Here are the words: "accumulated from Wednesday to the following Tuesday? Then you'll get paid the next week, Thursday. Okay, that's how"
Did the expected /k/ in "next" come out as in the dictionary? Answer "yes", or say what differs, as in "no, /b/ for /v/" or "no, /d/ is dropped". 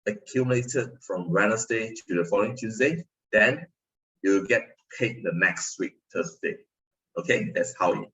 yes